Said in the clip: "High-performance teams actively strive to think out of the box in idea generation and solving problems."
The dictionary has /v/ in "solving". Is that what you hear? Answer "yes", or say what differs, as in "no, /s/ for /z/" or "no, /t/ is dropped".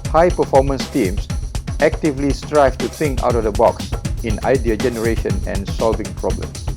yes